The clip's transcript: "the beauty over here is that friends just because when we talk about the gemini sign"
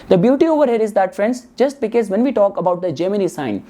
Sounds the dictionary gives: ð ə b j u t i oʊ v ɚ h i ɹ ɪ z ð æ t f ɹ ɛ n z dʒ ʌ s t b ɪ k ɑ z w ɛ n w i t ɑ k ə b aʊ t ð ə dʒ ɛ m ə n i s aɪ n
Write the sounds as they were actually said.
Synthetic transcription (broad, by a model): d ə b j u t i oʊ v ɚ h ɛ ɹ ɪ z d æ t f ɹ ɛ n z dʒ ʌ s t b ɪ k ɑ z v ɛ n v i t ɑ k ə b aʊ t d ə dʒ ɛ m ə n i s aɪ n